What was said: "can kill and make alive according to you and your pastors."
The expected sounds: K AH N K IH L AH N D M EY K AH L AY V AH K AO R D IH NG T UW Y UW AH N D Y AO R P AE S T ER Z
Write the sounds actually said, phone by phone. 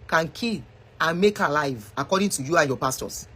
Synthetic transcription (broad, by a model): K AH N K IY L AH N M EY K AH L AY V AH K AO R D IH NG T UW Y UW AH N Y AO P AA S T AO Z